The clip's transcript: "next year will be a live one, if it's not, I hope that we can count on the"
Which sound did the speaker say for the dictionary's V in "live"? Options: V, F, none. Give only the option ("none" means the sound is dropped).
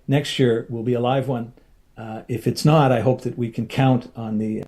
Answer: V